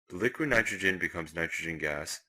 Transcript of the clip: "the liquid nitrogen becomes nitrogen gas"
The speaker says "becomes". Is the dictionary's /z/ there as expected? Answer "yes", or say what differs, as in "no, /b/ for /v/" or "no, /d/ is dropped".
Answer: yes